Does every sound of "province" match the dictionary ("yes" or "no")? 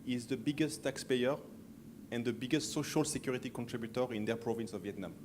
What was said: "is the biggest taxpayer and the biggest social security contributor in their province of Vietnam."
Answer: yes